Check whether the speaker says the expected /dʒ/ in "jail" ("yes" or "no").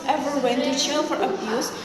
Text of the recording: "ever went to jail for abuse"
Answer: no